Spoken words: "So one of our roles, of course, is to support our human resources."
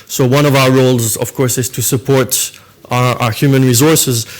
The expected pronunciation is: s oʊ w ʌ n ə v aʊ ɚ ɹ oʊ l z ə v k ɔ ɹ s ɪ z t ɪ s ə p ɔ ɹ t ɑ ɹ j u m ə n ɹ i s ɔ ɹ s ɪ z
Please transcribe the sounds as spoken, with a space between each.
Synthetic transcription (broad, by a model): s oʊ w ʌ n ə v aʊ ɚ ɹ oʊ l z ə v k ɔ ɹ s ɪ z t ɪ s ə p ɔ ɹ t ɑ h j u m ə n ɹ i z ɔ ɹ s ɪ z